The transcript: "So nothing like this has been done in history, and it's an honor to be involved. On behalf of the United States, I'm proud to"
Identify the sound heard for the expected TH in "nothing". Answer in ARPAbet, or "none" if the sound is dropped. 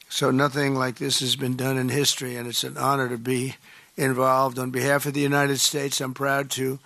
TH